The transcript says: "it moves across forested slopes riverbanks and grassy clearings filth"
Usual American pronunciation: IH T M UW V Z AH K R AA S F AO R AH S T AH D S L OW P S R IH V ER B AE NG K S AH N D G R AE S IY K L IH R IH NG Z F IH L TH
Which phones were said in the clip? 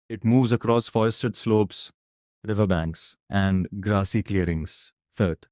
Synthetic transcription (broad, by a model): IH T M UW V Z AH K R AA S F AO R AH S T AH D S L OW P S R IH V ER B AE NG K S AH N D G R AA S IY K L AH R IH NG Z F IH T